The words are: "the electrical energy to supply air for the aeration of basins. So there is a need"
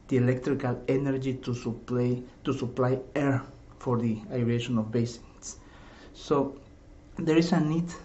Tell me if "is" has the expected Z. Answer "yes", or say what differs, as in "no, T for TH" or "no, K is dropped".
no, S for Z